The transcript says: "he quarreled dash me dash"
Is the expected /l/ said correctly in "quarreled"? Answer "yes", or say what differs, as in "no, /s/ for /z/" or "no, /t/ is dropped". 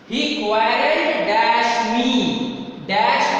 no, /l/ is dropped